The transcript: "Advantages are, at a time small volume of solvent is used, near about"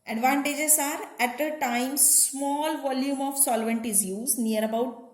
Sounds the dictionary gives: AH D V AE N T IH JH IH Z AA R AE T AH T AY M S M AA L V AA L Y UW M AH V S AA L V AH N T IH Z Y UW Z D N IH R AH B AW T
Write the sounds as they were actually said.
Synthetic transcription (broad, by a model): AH D V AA N T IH JH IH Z AA R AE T AH T AY M S M AA L V AA L Y UW M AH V S AA L V AH N T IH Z Y UW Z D N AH R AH B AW T